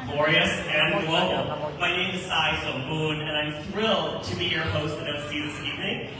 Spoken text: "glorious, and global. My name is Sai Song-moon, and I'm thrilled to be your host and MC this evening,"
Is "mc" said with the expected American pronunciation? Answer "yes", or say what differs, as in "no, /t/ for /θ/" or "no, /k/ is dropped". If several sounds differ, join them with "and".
no, /m/ is dropped